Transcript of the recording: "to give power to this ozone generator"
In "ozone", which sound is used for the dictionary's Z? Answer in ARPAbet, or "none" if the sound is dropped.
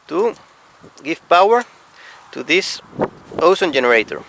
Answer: S